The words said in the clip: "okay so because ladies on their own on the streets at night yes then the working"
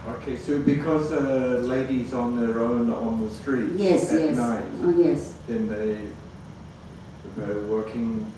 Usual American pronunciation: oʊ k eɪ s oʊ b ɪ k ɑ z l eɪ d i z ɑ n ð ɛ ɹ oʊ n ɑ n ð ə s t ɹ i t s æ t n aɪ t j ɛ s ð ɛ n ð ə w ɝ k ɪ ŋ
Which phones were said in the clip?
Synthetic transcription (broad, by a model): oʊ k eɪ s oʊ b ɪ k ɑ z l eɪ d i z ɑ n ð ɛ ɹ oʊ n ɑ n ð ə s t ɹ i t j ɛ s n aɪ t j ɛ s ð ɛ n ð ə w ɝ k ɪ ŋ